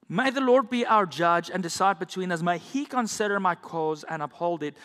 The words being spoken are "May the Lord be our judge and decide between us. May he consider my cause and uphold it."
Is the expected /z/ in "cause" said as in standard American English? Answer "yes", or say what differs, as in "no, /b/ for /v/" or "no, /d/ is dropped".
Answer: yes